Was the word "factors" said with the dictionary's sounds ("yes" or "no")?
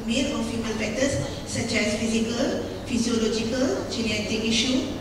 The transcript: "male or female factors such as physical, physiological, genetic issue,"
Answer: no